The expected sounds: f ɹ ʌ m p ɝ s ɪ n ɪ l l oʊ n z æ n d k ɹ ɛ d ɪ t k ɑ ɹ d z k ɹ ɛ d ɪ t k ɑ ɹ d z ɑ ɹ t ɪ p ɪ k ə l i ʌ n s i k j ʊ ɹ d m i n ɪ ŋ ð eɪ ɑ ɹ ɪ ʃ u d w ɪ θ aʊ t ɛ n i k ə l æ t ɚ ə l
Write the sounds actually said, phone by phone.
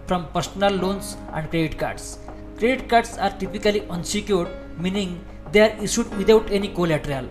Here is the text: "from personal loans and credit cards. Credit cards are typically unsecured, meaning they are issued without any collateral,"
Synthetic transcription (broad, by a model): f ɹ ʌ m p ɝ s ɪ n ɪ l l oʊ n s æ n d k ɹ ɛ d ɪ t k ɑ ɹ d s k ɹ ɛ d ɪ t k ɑ ɹ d s ɑ ɹ t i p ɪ k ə l i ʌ n s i k j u ɹ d m i n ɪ ŋ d eɪ ɑ ɹ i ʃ u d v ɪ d aʊ t ɛ n i k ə l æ t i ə l